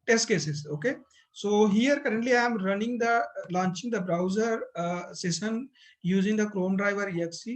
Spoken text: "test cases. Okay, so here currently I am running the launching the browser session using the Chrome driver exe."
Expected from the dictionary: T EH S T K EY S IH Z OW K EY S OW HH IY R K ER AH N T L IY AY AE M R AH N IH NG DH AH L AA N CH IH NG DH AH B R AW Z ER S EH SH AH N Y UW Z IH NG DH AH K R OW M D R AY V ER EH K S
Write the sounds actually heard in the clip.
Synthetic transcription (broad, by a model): T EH S T K EY S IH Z OW K EY S OW HH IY R K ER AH N T L IY AY M R AH N IH NG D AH L AA N CH IH NG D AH B R AW Z ER S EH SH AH N Y UW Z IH NG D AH K R OW M D R AY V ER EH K S